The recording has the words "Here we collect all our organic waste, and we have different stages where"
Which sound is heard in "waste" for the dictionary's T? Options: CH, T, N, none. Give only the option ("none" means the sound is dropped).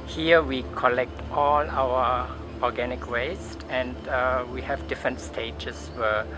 T